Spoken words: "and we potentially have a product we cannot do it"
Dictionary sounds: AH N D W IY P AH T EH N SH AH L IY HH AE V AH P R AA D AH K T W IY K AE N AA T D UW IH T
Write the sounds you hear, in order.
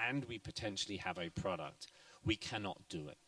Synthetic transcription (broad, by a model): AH N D W IY P AH T EH N SH AH L IY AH V AH P R AA D AH K T W IY K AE N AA T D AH IH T